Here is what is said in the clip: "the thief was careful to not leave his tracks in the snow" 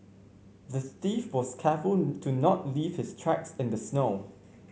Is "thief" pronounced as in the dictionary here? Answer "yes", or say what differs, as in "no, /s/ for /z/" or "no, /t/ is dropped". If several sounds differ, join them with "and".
no, /t/ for /θ/